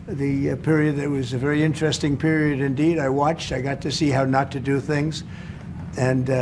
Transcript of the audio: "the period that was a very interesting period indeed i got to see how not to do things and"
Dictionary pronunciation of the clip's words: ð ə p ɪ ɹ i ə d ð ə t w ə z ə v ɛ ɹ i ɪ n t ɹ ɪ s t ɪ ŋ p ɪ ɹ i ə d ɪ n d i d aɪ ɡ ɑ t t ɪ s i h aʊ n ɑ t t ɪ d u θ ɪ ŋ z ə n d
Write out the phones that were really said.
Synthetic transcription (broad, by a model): ð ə p ɪ ɹ i ə d ð ə t w ə z ə v ɛ ɹ i ɪ n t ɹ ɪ s t ɪ ŋ p ɪ ɹ i ə d ɪ n d i d aɪ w ɑ t t ɪ s i h aʊ n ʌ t t ɪ d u θ ɪ ŋ z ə n